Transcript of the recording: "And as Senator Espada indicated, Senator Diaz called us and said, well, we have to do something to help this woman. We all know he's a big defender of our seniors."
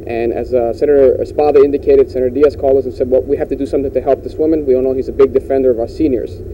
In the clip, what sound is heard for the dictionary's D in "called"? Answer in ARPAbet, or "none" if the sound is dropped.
none